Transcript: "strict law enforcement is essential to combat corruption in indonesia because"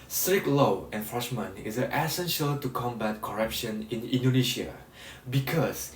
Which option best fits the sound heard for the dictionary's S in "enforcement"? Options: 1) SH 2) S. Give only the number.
1